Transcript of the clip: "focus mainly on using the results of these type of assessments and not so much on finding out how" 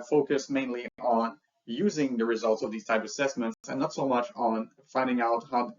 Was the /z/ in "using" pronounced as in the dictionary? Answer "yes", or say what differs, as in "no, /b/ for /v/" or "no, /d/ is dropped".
yes